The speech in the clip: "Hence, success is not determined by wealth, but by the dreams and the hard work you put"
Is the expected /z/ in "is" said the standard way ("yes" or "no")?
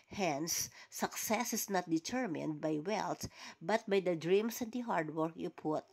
no